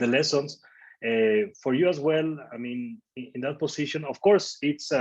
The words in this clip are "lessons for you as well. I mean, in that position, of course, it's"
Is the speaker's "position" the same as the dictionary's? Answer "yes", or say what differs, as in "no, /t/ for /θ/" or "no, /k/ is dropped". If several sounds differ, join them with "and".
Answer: no, /s/ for /z/